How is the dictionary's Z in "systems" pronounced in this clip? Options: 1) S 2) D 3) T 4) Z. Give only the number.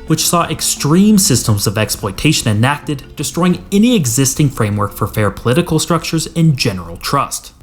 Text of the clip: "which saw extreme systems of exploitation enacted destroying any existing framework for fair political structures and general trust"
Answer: 4